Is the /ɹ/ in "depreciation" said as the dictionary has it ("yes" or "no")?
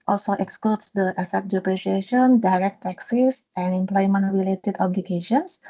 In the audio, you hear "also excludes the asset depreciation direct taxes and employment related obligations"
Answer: yes